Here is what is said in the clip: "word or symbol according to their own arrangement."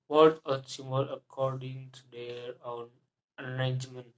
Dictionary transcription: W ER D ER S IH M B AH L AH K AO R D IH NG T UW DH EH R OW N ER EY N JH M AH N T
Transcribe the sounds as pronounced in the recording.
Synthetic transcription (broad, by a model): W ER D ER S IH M AH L AH K AO R D IH NG T UW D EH R OW N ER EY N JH M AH N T